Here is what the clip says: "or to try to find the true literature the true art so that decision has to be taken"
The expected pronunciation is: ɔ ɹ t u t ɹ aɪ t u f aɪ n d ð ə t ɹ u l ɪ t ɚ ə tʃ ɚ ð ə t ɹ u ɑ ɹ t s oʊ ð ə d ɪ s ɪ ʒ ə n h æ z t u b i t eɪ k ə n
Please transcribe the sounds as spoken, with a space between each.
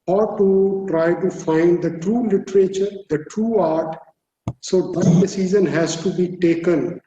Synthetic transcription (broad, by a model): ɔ ɹ t u t ɹ aɪ t u f aɪ n d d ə t ɹ u l ɪ t ɚ ə tʃ ɚ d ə t ɹ u ɑ ɹ t s oʊ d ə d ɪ s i z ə n h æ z t u b i t eɪ k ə n